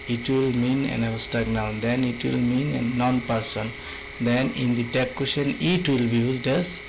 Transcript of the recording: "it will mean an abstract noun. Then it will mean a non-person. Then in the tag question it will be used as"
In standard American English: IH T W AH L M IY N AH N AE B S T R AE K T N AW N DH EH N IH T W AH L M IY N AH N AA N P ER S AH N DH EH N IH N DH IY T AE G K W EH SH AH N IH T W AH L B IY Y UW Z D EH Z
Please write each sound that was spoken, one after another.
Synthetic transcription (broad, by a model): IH T W AH L M IY N AH N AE S T AA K N AW N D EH N IH T W AH L M IY N AH N AA N P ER S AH N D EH N IH N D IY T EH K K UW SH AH N IH T W AH L B IY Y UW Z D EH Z